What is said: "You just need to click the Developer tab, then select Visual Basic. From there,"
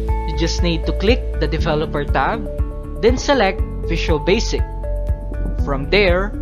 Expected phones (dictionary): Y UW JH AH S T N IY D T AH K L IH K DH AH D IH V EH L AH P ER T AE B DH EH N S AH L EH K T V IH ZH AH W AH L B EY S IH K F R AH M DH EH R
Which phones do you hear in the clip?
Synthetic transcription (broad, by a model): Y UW JH AH S T N IY D T AH K L IH K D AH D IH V EH L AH P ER T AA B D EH N S AH L EH K T F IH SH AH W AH L B EY S IH K F R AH M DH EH R